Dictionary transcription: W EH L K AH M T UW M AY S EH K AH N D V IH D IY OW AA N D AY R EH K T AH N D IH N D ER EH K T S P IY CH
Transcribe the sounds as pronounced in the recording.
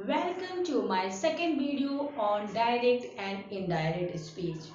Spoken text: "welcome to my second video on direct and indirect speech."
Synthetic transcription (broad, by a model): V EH L K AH M T UW M AY S EH K AH N D V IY D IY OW AA N D AY R EH K T AH N D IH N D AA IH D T S P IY CH